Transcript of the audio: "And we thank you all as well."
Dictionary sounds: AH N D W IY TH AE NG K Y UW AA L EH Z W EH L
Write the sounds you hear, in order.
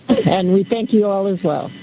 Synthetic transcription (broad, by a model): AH N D W IY TH AE NG K Y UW AA L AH Z W EH L